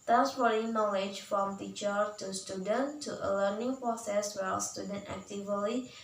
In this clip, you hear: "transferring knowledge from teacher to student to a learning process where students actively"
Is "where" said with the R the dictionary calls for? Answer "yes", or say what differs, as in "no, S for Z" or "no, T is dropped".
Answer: no, L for R